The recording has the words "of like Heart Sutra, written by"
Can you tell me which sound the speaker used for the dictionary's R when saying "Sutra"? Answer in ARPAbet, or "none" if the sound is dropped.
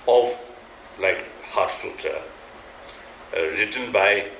none